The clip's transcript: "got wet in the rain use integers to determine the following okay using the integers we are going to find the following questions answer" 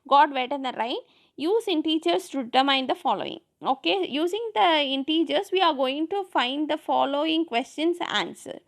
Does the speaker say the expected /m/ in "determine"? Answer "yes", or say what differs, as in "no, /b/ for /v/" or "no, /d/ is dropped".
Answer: no, /m/ is dropped